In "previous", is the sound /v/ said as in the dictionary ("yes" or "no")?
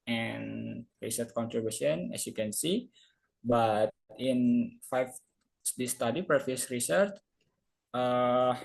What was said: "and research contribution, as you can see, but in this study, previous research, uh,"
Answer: no